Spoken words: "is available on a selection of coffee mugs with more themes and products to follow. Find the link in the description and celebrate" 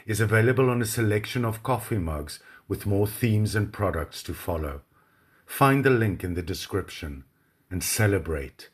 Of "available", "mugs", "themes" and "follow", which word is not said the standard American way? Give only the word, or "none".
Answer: none